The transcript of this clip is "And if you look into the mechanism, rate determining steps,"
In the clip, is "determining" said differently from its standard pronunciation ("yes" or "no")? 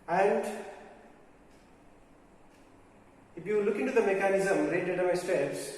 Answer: yes